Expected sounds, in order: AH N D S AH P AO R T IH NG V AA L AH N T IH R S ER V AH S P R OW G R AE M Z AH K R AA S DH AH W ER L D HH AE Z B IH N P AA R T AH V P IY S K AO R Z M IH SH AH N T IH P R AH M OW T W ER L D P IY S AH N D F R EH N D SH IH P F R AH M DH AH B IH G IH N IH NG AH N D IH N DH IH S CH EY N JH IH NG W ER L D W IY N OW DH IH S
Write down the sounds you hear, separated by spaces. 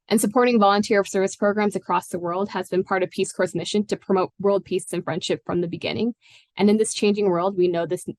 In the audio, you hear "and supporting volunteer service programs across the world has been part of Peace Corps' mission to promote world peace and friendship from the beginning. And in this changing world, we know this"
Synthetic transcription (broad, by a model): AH N S AH P AO R T IH NG V AA L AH N T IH R S ER V AH S P R OW G R AE M Z AH K R AA S DH AH W ER L D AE Z B IH N P AA R T AH V P IY S K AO R S M IH SH AH N T IH P R AH M OW T W ER L D P IY S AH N F R EH N D SH IH P F R AH M DH AH B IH G IH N IH NG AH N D IH N DH IH S CH EY N JH IH NG W ER L D W IY N OW DH IH S